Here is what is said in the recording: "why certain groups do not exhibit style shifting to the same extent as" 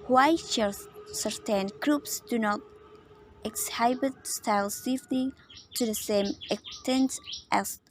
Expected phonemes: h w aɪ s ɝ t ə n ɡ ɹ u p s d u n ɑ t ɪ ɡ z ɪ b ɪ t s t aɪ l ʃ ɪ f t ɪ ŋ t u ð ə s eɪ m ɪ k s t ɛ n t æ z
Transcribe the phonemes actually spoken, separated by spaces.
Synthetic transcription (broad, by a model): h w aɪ s ɝ t ə n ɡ ɹ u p s d u n ɑ t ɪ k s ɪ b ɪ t s t aɪ l s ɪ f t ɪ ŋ t u ð ə s eɪ m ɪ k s t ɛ n t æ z